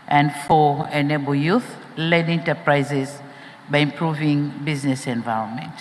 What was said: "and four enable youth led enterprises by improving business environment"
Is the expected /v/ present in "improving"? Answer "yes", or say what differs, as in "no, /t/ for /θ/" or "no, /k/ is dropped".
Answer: yes